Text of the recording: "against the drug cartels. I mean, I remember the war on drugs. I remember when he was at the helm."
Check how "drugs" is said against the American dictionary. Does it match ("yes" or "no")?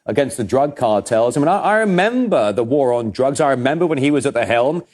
yes